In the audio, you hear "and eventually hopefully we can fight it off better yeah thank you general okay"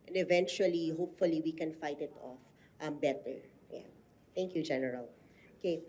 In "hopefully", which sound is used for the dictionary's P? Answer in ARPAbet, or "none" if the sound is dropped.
P